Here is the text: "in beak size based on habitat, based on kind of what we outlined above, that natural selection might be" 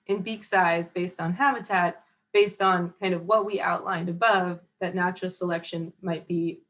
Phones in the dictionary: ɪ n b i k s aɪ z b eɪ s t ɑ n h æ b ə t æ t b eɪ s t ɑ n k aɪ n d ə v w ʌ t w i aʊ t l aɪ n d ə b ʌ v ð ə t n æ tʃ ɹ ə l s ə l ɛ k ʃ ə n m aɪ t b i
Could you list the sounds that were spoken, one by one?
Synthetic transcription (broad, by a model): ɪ n b i k s aɪ z b eɪ s t n h æ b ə t æ t b eɪ s t n k aɪ n d ə v w ʌ t w i aʊ t l aɪ n d ə b ʌ v ð ə t n æ tʃ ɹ l s ə l ɛ k ʃ ə n m aɪ t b i